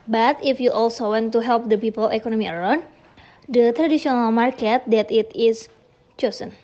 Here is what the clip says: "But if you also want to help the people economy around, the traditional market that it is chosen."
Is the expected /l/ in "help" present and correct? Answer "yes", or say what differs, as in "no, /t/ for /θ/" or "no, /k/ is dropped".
yes